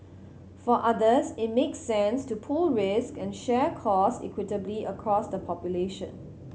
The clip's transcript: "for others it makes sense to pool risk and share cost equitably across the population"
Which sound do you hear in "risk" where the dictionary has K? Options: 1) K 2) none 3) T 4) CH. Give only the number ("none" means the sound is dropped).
1